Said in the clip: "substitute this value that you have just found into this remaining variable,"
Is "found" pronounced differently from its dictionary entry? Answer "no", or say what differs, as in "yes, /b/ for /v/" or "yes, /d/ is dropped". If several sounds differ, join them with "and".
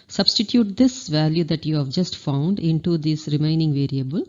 no